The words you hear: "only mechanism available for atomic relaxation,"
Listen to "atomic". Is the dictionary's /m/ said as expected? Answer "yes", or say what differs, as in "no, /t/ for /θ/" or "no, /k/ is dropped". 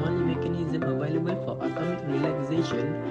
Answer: no, /m/ is dropped